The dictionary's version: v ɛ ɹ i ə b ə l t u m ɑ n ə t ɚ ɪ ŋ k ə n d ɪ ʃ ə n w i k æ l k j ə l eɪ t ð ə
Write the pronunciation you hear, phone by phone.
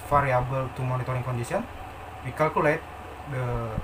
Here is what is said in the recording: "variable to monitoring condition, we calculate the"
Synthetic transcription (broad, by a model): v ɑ ɹ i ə b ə l t u m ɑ n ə t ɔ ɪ ŋ k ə n d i s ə n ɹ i k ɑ l k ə l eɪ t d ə